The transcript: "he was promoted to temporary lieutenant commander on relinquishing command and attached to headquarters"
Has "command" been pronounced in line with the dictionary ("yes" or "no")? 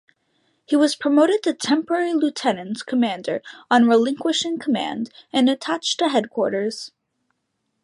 yes